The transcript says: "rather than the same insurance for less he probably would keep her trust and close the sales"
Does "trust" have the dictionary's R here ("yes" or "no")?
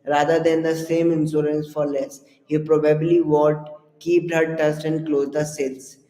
no